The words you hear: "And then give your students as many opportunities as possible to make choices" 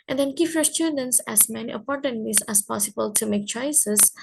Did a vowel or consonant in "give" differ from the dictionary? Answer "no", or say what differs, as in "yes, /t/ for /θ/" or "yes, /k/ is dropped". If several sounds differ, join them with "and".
yes, /p/ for /v/